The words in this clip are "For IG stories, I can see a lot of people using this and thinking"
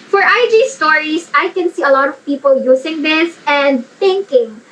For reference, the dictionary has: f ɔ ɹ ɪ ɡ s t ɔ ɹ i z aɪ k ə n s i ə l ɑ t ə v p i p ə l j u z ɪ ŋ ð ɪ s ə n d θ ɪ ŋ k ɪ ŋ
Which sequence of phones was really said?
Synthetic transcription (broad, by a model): f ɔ ɹ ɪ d s t ɔ ɹ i s aɪ k ə n s i ə l ɑ t ə v p i p ə l j u s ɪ ŋ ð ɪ s ə n d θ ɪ ŋ k ɪ ŋ